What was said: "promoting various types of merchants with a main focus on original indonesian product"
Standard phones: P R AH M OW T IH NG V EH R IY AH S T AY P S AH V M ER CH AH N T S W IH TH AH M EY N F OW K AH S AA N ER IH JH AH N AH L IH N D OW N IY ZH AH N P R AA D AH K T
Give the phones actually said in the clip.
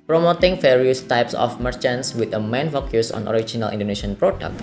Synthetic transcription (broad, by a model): P R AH M OW T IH NG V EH R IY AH S T AY P S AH F M ER CH AH N T S W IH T AH M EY N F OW K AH S AA N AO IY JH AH N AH L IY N D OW N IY SH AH N P R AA D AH K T